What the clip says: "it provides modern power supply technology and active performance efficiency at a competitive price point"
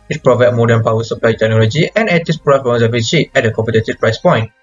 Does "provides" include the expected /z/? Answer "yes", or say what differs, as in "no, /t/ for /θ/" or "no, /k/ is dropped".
no, /z/ is dropped